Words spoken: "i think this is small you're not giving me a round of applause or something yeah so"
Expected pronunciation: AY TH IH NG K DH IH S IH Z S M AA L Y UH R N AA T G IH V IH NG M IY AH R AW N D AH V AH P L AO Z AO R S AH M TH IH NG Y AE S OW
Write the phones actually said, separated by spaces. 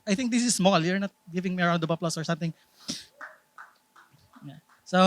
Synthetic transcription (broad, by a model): AY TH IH NG K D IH S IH S M AA L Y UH R N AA T G IH V IH NG M IY AH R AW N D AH B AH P L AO S AO R S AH M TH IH NG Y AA S OW